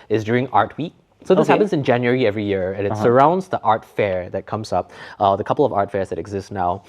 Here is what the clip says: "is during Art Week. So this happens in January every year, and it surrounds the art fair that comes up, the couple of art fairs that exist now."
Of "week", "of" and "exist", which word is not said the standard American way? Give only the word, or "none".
none